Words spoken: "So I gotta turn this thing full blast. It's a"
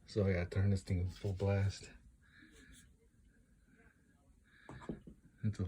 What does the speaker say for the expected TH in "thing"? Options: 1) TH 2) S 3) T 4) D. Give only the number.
3